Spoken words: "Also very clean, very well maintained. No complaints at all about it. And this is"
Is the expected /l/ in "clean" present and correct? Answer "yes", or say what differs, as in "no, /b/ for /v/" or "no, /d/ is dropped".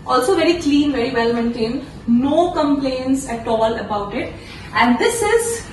yes